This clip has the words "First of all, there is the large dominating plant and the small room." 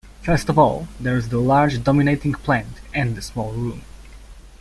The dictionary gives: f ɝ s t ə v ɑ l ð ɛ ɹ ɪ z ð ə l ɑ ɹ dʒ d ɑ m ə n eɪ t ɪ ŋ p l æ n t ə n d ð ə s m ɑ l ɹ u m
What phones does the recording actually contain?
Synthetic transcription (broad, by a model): f ɝ s t ə v ɑ l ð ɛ ɹ ɪ z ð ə l ɑ ɹ dʒ d ɑ m ə n eɪ t ɪ ŋ p l æ n t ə n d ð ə s m ɑ l ɹ u m